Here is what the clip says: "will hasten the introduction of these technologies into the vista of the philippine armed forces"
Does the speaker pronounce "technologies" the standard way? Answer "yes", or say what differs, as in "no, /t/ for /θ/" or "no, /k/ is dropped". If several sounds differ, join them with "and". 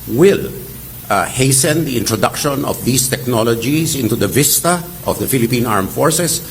no, /s/ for /z/